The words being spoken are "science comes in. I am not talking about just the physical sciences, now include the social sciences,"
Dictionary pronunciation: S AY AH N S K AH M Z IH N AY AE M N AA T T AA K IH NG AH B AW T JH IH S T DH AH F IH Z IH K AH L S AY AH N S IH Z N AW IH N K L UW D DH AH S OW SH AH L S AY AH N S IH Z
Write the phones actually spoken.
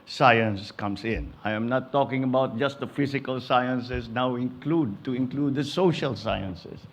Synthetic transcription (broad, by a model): S AY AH N S K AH M S IH N AY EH M N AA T T AA K IH NG AH B AW T JH IH S T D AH F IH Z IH K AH L S AY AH N S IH S N AW IH N K L UW D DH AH S OW SH AH L S AY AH N S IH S